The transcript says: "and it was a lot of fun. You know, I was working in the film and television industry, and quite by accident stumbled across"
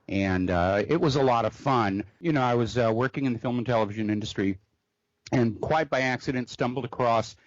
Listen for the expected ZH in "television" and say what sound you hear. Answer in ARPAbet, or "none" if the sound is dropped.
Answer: ZH